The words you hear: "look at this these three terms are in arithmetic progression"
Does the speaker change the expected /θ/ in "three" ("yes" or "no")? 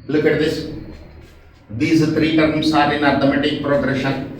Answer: yes